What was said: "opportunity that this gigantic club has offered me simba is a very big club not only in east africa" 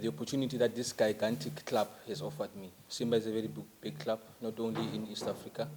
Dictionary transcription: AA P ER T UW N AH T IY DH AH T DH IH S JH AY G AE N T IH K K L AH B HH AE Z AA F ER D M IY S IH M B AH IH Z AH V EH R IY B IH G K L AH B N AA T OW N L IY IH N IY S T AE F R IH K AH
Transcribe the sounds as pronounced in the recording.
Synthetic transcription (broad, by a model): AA P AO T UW N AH T IY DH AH T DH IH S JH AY G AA N T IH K K L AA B HH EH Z AA F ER D M IY S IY M B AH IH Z AH V EH R IY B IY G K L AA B N AA T OW N L IY IH N IY S T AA F R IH K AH